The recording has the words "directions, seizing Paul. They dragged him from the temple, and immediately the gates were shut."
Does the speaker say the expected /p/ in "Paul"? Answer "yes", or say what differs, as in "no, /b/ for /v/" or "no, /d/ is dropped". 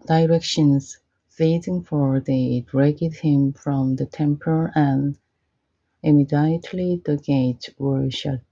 no, /f/ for /p/